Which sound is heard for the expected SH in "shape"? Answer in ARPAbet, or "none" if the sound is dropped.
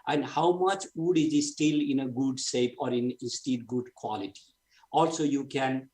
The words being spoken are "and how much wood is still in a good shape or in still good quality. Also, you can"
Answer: S